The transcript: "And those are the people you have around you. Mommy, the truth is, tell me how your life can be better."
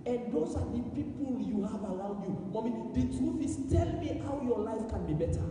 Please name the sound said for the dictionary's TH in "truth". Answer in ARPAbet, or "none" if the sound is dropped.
F